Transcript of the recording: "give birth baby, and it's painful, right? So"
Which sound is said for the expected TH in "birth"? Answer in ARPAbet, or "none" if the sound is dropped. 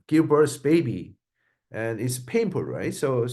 S